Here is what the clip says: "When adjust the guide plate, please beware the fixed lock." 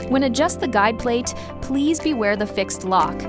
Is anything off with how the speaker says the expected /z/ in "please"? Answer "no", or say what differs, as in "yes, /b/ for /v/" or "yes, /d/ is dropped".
no